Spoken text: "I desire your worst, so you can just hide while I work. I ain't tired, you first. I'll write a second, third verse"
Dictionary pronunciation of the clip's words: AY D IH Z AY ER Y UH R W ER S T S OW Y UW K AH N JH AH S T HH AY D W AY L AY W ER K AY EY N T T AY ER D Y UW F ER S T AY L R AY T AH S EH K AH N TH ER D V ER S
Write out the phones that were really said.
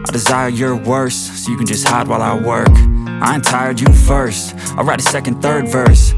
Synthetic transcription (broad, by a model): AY D IH Z AY ER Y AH R W ER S S OW Y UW K AH N JH AH S T HH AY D W AY L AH W ER K AY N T T AY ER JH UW F ER S T AY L R AY T AH S EH K AH N TH ER D V ER S